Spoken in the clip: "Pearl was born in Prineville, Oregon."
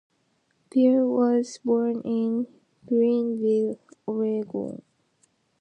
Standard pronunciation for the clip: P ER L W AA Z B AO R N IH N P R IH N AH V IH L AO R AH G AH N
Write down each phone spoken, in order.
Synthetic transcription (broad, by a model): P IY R W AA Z B AO R N IH N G R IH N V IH L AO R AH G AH